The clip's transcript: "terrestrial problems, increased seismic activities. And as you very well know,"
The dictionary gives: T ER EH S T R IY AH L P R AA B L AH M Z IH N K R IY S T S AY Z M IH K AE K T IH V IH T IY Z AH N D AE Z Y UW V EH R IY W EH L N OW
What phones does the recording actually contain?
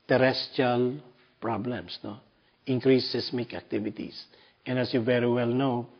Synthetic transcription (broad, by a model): T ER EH S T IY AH L P R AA B L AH M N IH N K R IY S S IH S M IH K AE K T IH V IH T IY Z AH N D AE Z Y UW V EH R IY W EH L N OW